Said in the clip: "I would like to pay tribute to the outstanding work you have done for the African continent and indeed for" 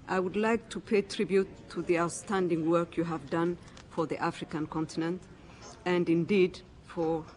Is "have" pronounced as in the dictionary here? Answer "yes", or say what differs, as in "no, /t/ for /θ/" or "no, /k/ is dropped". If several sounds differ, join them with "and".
yes